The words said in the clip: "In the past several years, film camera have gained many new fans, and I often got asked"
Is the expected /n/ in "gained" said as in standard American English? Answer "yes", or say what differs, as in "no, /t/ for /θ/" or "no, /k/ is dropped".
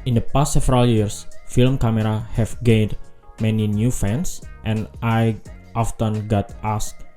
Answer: yes